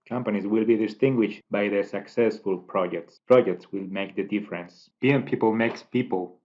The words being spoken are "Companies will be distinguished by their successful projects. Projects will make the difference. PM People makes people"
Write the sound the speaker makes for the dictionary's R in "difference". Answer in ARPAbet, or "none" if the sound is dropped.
R